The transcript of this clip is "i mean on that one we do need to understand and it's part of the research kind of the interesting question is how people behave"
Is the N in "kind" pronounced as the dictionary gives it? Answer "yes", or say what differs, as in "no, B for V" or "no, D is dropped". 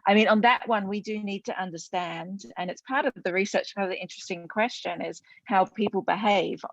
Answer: no, N is dropped